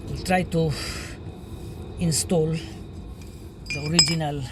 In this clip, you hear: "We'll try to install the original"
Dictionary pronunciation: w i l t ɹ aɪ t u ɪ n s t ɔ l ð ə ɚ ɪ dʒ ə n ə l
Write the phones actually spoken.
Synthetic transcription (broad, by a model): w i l t ɹ aɪ t u ɪ n s t ɔ l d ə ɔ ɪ dʒ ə n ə l